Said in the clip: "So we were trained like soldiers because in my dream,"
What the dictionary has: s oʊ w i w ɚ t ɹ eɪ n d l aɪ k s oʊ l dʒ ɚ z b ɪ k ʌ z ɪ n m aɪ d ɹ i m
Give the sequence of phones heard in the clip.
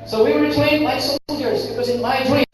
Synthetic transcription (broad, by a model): s oʊ w i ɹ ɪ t eɪ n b aɪ s oʊ l dʒ ɚ z b ɪ k ʌ z ɪ n m aɪ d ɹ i